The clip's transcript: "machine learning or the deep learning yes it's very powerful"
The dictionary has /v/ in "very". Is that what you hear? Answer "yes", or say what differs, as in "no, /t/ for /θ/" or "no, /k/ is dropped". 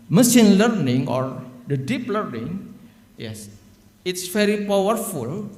no, /f/ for /v/